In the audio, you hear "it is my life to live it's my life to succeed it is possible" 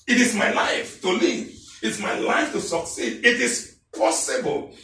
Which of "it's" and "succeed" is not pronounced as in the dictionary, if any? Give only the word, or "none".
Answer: none